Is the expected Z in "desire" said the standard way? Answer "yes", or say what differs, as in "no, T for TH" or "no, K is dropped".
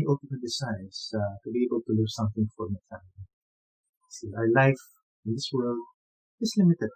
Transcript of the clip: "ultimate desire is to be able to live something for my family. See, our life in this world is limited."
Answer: no, S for Z